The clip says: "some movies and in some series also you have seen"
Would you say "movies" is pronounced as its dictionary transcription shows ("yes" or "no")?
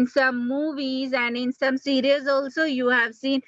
yes